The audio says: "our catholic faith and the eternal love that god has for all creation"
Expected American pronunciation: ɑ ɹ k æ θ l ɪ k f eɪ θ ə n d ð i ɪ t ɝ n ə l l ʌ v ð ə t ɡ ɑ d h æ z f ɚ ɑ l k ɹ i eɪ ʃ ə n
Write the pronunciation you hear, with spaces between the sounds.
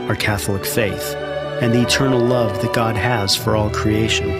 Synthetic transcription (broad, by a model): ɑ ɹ k æ θ l ɪ k f eɪ θ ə n ð i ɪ t ɝ n l l ʌ v ð ə t ɡ ɑ d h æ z f ɚ ɑ l k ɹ i eɪ ʃ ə n